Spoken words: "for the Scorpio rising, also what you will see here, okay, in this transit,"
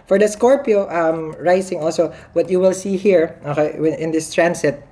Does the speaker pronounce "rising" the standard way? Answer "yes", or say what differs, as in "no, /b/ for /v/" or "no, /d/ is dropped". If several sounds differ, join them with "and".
no, /s/ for /z/